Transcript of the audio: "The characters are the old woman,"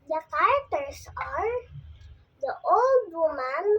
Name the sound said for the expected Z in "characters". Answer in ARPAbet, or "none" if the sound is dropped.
S